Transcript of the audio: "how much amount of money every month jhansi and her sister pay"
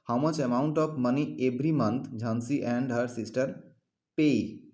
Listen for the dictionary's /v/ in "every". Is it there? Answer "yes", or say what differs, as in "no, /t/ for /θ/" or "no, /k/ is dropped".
no, /b/ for /v/